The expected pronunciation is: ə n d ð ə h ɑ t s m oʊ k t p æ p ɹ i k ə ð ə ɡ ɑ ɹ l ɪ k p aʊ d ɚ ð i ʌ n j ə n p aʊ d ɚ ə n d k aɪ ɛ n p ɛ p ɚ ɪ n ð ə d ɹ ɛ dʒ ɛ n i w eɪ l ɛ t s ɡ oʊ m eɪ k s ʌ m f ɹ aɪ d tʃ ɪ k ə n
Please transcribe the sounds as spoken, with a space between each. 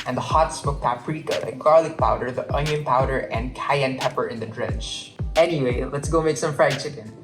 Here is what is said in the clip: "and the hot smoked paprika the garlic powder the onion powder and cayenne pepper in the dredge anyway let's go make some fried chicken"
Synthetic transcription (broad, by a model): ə n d ð ə h ɑ t s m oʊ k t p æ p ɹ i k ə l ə ɡ ɑ ɹ l ɪ k p aʊ d ɚ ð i ʌ n j ə n p aʊ d ɚ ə n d k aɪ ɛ n p ɛ p ɚ ɪ n ð ə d ɹ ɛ tʃ ɛ n i w eɪ l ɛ t s ɡ oʊ m eɪ k s ʌ m f ɹ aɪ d tʃ ɪ k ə n